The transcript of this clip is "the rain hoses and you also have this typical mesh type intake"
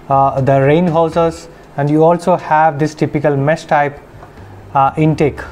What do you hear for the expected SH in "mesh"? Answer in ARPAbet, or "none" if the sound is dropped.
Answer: S